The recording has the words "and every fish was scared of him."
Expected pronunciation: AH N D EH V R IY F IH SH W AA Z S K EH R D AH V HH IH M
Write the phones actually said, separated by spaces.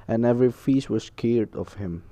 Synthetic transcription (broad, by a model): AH N EH V R IY F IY S W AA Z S K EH R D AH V HH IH M